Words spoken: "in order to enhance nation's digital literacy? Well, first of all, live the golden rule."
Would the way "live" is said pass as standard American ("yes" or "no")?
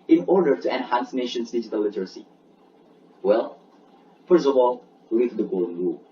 no